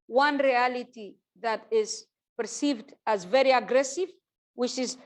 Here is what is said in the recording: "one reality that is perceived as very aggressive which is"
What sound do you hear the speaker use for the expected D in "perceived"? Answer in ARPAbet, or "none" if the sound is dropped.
D